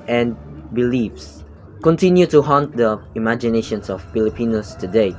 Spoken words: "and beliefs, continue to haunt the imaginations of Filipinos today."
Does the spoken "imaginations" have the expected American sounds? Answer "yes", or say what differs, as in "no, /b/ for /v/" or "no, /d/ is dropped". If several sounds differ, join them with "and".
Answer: no, /s/ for /z/